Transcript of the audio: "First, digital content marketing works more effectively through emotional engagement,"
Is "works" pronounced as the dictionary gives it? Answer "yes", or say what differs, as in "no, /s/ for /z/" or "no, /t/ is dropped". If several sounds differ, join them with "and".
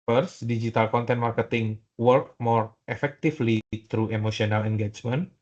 no, /s/ is dropped